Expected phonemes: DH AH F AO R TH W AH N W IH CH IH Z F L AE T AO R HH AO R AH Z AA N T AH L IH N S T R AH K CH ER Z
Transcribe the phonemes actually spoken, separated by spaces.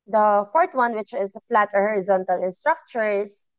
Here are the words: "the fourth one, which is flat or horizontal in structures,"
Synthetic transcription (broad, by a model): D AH F AO R T W AH N W IH CH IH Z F L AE T AO R HH AO R AH Z AA N T AH L IH N S T R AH K CH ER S